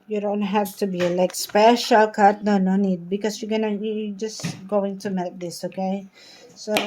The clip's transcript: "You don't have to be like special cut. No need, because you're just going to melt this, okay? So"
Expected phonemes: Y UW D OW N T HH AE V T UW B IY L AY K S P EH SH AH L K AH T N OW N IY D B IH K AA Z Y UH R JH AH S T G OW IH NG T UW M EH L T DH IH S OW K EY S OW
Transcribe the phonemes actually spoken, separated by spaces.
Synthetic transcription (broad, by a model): Y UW D OW N T HH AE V T UW B IY L AY K S P EH SH AH L K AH T N OW N IY D B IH K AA S Y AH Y JH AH S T G OW IH NG T UW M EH T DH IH S OW K EY S OW